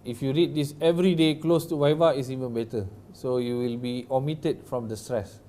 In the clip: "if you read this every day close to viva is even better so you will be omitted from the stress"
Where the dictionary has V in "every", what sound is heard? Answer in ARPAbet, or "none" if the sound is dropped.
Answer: V